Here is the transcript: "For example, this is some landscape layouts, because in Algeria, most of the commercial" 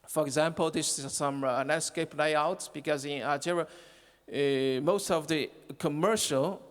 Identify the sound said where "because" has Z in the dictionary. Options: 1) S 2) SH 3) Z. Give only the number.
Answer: 3